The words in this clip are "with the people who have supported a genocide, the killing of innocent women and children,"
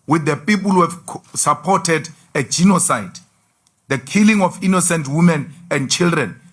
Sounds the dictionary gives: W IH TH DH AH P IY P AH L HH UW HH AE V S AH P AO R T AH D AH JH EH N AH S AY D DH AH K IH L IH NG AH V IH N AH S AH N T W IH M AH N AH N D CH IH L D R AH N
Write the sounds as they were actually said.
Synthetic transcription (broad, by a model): W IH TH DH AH P IY P AH L HH UW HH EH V S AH P AO T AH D AH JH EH N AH S AY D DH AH K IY L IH NG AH F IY N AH S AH N T W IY M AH N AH N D CH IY L D R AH N